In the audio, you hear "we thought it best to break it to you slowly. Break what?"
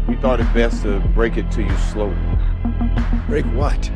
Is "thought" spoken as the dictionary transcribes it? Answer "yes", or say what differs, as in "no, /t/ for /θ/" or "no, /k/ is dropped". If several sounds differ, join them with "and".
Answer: yes